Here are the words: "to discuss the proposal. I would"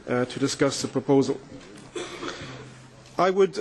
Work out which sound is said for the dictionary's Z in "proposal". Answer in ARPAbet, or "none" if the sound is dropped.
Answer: Z